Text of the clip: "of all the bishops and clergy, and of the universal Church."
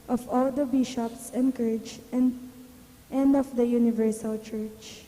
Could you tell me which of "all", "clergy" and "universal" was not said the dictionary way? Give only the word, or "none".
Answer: clergy